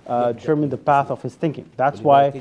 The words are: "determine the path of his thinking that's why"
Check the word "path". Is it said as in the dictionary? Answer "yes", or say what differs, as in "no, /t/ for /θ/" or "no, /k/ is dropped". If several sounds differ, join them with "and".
yes